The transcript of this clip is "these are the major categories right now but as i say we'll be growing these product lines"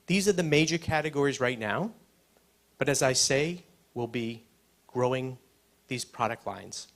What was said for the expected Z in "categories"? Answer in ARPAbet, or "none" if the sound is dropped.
Z